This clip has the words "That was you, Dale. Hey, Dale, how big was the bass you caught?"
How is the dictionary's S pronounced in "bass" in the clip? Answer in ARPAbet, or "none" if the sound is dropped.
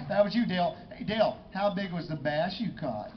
SH